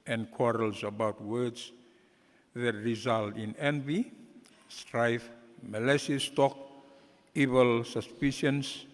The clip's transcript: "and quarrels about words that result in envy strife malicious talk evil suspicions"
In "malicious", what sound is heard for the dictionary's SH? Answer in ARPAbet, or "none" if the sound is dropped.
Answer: S